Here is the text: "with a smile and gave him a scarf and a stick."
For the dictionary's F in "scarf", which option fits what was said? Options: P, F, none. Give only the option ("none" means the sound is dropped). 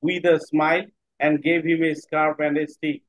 P